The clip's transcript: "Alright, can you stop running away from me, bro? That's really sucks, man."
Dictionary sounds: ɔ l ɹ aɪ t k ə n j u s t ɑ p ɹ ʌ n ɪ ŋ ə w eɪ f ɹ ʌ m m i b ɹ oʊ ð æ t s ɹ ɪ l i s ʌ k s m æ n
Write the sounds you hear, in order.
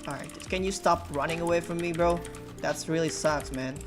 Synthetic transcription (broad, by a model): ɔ ɹ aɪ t k ə n j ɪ s t ɑ p ɹ ʌ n ɪ ŋ ə w eɪ f ɹ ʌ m m i b ɹ oʊ ð æ t s ɹ ɪ l i s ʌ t m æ n